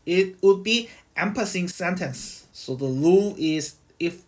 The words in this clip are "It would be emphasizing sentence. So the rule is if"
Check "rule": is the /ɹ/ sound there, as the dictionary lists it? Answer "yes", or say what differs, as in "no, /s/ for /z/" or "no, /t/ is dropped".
no, /l/ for /ɹ/